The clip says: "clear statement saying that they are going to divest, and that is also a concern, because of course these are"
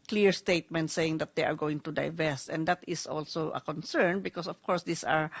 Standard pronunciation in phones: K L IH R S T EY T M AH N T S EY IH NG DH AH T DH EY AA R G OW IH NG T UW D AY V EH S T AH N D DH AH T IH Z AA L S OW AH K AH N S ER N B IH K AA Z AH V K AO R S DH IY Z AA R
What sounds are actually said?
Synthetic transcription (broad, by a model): K L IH R S T EY T M AH N T S EY IH NG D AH T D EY AA R G OW IH NG T UW D AY V EH S T AH N D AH T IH S AA L S OW AH K AH N S ER N B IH K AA S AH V K AO R S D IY S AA R